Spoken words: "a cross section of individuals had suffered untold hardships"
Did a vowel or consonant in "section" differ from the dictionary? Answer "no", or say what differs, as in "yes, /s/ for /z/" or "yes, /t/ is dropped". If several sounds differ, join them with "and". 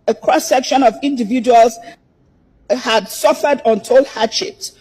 no